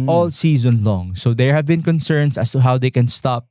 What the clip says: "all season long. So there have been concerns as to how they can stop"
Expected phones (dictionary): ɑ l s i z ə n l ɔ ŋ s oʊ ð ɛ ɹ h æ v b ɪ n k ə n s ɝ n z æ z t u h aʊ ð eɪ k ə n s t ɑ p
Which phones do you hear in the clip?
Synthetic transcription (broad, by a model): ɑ l s i z ə n l ɔ ŋ s oʊ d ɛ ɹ h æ v b ɪ n k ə n s ɝ n s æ s t u h aʊ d eɪ k ə n s t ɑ p